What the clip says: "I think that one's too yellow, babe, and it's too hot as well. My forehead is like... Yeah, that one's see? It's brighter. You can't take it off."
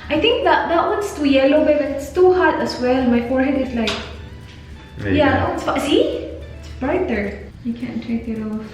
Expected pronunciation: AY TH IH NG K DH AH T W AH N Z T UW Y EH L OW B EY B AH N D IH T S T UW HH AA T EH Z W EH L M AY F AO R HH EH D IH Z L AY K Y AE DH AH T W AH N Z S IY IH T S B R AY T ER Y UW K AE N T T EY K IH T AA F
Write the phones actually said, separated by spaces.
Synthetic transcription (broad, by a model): AY T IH NG K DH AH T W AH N S T UW Y EH L OW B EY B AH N IH T S T UW HH AA T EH S W EH L M AY F AO R HH EH D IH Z L AY K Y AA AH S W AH S IY IH T S B R AY T ER Y UW K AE N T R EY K IH T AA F